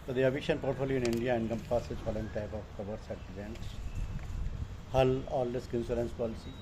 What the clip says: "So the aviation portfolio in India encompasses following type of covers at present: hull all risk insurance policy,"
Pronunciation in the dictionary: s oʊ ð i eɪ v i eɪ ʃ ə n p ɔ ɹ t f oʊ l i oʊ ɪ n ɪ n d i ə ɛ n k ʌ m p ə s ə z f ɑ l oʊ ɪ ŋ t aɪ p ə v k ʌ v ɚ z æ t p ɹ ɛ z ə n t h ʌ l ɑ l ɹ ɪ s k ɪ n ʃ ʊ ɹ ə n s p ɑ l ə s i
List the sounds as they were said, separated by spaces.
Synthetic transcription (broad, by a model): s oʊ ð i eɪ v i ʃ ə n p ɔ ɹ t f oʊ l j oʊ ɪ n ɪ n d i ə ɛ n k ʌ m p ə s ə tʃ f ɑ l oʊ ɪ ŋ t aɪ p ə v k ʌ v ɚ s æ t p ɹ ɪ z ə n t h ʌ l ɑ l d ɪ s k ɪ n s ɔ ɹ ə n s p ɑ l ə s i